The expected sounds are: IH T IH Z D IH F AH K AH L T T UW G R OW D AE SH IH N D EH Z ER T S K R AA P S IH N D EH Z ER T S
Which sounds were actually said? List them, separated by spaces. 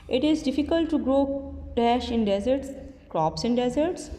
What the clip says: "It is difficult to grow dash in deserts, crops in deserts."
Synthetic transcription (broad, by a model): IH T IH Z D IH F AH K AH L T T UW G R OW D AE SH IH N D EH Z ER T S K R AA P S IH N D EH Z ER T S